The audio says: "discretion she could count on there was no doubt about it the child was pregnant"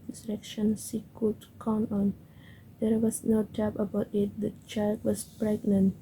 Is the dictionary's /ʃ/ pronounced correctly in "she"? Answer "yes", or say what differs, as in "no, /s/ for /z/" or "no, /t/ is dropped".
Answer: no, /s/ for /ʃ/